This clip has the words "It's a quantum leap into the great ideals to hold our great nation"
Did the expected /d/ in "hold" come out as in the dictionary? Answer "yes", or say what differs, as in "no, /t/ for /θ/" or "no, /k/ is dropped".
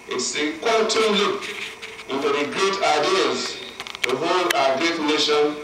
no, /d/ is dropped